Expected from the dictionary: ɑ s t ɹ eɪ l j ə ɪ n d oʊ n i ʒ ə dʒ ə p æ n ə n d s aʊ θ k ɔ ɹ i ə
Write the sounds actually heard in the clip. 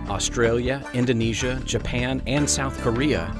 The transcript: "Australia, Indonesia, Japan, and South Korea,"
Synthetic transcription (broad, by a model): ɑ s t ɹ eɪ l j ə ɪ n d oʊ n i ʒ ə dʒ ə p æ n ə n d s aʊ θ k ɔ ɹ i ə